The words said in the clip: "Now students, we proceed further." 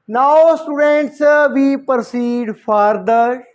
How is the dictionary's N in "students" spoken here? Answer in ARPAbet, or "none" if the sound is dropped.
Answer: N